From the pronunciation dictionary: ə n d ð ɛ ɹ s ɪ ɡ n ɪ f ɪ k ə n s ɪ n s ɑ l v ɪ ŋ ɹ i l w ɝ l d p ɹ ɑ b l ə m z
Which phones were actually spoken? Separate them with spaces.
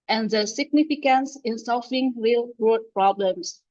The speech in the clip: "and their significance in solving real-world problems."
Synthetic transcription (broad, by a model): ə n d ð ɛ s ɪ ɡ n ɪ f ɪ k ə n s ɪ n s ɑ l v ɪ ŋ ɹ i l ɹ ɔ d p ɹ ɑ b l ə m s